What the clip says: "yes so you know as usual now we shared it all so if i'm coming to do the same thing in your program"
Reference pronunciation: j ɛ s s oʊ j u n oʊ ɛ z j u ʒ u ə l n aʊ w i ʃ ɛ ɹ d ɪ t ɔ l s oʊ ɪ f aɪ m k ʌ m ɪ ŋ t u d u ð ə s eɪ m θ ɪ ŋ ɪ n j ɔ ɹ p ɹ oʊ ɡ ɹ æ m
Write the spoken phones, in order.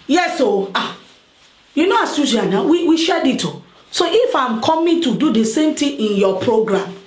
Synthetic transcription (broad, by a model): j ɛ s s oʊ j u n oʊ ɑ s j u s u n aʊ w i ʃ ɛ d ɪ t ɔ s oʊ ɪ f aɪ m k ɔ m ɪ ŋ t u d u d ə s eɪ m t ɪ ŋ ɪ n j ɔ p ɹ oʊ ɡ ɹ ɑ m